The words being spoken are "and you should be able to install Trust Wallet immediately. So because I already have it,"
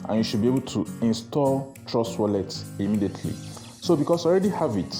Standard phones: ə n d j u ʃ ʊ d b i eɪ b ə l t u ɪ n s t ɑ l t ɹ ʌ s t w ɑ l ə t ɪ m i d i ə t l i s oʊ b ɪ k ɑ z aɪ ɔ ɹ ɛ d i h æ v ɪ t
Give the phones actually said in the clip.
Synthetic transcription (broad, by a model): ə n j u ʃ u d b i eɪ b ə l t u ɪ n s t ɑ l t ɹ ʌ s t w ɑ l ə t ɪ m i d i ə t l i s oʊ b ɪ k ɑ s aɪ ɔ ɹ ɛ d i h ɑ v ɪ t